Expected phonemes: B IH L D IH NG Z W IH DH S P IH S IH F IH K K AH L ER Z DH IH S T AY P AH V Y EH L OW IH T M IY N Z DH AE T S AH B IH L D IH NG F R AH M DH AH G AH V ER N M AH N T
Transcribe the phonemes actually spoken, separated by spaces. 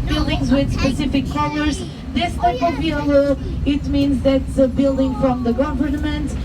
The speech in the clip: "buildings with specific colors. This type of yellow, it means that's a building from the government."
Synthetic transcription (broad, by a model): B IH L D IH NG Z W IH DH S P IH S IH F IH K K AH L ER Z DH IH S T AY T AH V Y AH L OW IH T M IY N Z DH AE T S AH B IH L D IH NG F R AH M DH AH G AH V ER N M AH N T